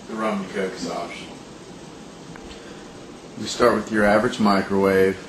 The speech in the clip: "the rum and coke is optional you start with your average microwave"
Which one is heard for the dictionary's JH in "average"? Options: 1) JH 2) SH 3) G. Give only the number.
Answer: 1